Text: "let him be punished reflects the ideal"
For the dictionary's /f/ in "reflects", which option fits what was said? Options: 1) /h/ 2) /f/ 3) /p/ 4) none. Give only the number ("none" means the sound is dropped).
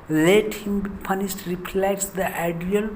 3